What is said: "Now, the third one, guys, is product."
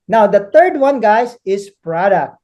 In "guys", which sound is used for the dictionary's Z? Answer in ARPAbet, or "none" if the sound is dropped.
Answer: S